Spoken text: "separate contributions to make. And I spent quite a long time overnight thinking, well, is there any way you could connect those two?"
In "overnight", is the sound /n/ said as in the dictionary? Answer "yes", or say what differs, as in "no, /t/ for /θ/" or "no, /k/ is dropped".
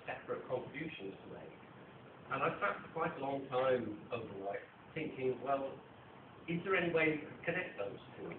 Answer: no, /l/ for /n/